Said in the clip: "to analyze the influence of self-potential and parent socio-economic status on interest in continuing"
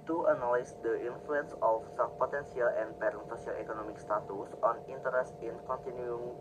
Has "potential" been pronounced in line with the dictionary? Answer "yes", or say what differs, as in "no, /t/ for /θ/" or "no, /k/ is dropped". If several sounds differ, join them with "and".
no, /s/ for /ʃ/